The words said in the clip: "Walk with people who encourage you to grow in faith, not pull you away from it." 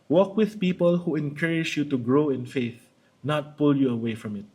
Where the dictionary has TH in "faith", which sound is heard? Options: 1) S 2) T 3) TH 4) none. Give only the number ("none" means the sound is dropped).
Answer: 3